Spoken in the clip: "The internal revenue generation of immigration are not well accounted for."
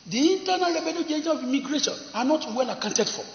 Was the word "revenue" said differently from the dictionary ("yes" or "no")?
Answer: yes